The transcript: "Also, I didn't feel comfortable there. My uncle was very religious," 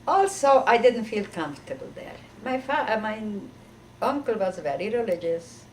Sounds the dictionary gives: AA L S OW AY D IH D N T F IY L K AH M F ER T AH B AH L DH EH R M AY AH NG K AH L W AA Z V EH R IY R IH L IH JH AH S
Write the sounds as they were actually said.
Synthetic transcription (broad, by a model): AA L S OW AY D IH D N T F IY L K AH M F T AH B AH L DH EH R M AY AH NG K AH L W AA Z V EH R IY R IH L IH JH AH S